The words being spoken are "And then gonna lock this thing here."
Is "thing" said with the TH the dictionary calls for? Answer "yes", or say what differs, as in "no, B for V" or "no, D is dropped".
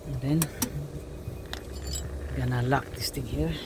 no, T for TH